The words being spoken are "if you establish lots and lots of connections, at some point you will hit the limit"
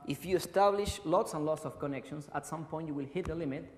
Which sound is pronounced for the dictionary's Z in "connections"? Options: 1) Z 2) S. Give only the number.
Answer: 2